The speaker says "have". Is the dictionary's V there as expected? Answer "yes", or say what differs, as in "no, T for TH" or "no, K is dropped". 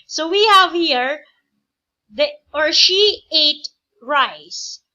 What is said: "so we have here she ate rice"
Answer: yes